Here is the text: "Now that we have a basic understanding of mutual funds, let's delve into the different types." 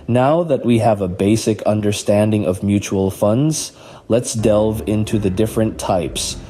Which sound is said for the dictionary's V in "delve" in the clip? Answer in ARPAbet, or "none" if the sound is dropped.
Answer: V